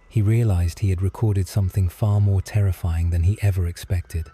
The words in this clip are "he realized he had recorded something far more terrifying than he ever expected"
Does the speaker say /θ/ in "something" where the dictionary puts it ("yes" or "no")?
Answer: yes